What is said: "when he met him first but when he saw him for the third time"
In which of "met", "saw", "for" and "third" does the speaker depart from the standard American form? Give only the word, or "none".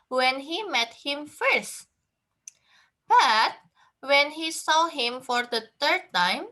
third